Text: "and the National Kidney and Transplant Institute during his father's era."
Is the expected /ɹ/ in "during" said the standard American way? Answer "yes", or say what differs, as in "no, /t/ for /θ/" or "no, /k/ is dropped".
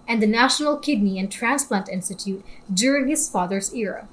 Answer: yes